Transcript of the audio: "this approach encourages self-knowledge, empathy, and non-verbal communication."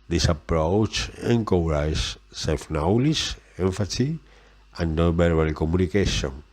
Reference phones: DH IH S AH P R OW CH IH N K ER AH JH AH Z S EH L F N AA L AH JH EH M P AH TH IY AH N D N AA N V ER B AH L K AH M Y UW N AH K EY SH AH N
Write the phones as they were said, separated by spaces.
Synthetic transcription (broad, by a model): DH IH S AH P R OW CH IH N K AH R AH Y S EH L F N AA L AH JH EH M F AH S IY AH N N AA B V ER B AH L K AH M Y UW N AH K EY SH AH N